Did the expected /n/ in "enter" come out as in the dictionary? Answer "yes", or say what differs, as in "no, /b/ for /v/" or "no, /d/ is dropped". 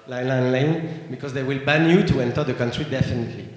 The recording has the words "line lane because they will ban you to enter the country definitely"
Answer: yes